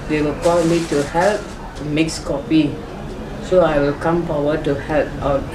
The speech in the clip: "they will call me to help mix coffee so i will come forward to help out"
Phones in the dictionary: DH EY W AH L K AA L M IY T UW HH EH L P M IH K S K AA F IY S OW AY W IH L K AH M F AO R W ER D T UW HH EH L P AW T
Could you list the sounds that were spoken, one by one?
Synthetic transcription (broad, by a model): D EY W AH L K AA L M IY T UW HH EH L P M IH K S K AA P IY S OW AY W IH L K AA M P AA W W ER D T UW HH EH L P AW